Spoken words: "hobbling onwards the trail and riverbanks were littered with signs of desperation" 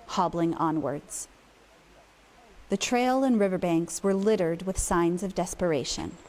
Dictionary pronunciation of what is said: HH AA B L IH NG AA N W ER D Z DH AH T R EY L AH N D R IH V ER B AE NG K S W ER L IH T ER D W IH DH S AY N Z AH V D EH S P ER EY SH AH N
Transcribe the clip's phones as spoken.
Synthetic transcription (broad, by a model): HH AA B L IH NG AA N W ER D Z DH AH T R EY L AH N R IH V ER B AE NG K S W ER L IH T ER D W IH DH S AY N Z AH V D EH S P ER EY SH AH N